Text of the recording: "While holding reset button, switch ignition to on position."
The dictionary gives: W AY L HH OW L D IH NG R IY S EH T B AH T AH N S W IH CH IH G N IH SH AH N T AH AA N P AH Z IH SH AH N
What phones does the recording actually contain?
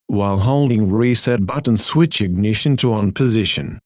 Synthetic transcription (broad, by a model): W AY L HH OW L D IH NG R IY S EH T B AH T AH N S W IH CH IH G N IH SH AH N T AH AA N P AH Z IH SH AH N